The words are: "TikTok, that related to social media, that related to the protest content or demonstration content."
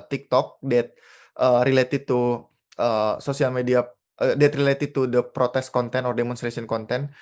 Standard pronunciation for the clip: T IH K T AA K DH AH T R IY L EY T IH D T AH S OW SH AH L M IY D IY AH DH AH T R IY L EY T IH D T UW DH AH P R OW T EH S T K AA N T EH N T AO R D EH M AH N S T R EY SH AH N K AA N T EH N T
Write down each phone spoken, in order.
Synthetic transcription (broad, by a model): T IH K T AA K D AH T R IY L EY T IH D T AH S OW S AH L M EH D IY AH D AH T R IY L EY T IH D T UW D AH P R OW T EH S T K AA N T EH N AO R D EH M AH N S T R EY S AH N K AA N T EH N